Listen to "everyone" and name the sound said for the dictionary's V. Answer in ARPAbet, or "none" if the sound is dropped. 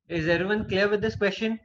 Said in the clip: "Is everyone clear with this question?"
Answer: none